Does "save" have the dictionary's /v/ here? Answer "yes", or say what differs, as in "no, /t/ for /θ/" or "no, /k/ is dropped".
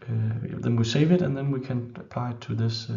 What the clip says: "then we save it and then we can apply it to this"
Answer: yes